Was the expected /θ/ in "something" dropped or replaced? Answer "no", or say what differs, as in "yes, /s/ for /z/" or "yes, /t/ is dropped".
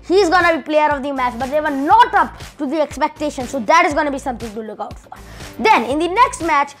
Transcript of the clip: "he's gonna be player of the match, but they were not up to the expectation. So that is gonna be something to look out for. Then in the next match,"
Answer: yes, /t/ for /θ/